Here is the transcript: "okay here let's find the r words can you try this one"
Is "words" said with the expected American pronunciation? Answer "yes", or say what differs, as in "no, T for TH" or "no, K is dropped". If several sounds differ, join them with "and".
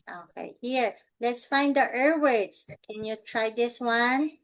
no, S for Z